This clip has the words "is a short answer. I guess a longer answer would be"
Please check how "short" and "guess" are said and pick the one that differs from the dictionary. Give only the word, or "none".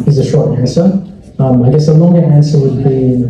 none